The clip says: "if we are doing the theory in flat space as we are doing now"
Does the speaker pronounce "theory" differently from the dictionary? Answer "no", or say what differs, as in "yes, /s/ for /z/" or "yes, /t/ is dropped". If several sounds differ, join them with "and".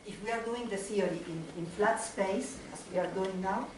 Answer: yes, /s/ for /θ/